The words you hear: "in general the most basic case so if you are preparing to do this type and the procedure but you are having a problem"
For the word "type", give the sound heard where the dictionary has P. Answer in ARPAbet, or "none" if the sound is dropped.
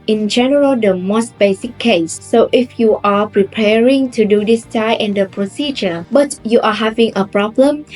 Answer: none